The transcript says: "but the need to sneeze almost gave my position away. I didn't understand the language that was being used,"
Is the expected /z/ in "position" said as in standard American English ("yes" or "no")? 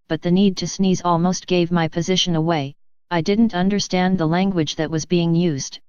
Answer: yes